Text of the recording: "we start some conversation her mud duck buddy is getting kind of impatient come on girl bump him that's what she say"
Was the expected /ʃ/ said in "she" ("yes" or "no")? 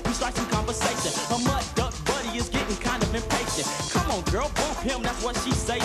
yes